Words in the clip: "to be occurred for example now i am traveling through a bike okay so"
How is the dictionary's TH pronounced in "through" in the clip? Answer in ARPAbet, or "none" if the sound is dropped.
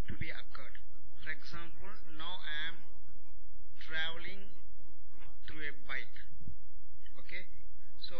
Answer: T